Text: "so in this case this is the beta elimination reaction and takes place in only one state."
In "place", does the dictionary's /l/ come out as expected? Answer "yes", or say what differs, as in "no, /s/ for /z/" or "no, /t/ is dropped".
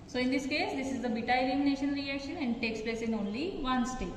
yes